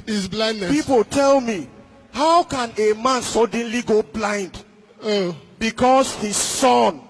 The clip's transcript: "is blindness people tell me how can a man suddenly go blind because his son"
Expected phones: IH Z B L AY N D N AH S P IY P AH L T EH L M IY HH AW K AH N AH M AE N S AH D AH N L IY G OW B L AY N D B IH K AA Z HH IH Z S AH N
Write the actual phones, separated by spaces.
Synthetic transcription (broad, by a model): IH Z B L AY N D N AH P IY P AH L T EH L M IY HH AW K AH N AH M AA N S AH D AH N L IY G OW B L AY N D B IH K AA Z HH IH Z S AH N